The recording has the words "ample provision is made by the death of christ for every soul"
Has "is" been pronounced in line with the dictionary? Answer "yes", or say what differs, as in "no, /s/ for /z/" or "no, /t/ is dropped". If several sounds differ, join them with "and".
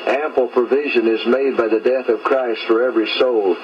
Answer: yes